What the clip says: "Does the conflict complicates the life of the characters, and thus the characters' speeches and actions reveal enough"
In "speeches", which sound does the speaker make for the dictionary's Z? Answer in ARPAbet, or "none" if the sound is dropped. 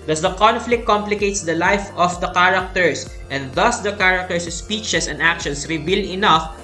S